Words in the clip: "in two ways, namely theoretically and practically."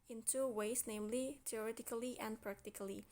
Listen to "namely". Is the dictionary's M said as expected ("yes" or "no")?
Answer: yes